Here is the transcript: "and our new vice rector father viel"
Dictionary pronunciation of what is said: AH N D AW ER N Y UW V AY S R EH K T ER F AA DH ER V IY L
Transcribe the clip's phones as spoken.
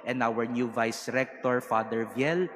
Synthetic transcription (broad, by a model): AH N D AW ER N Y UW V AY S R EH K T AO F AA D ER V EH L